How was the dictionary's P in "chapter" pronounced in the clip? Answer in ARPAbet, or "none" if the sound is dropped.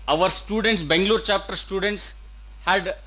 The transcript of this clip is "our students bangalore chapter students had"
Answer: P